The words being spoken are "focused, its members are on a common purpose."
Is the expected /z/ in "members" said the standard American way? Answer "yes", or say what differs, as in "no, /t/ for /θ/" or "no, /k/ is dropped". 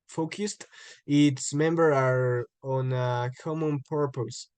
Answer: no, /z/ is dropped